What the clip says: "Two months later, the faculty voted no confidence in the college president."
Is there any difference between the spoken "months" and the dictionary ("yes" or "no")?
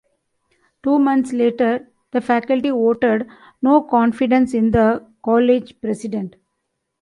yes